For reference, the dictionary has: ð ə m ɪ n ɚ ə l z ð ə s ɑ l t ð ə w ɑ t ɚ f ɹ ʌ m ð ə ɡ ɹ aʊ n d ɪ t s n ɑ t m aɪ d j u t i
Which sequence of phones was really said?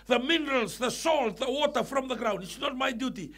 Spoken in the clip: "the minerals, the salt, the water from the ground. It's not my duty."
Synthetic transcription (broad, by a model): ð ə m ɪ n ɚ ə l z ð ə s ɑ l t ð ə w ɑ t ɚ f ɹ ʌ m ð ə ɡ ɹ aʊ n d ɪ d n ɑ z m aɪ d j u t i